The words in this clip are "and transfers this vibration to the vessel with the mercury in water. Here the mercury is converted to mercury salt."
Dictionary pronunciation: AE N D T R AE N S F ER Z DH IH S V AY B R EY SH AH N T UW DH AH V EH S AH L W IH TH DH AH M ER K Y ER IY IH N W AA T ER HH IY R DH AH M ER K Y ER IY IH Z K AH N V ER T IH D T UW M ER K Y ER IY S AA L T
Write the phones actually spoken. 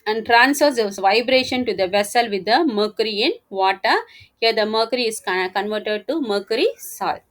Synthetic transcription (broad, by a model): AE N D T R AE N S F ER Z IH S V AY B R EY SH AH N T UW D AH V EH S AH L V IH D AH M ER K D IY IH N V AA T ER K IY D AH M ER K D IY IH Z K AH N V ER T IH D T UW M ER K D IY S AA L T